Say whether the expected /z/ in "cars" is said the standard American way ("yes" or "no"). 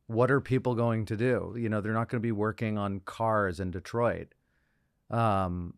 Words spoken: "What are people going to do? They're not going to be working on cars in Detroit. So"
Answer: yes